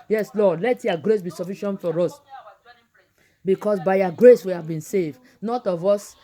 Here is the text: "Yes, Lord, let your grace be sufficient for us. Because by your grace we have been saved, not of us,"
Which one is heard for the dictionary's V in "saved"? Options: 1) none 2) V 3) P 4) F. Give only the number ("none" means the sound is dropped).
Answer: 2